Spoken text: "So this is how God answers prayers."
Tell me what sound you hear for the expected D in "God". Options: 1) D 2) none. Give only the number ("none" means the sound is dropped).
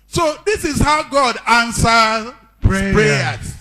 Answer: 1